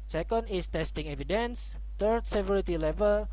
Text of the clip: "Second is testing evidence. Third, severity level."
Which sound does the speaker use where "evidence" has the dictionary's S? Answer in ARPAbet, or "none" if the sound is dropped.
S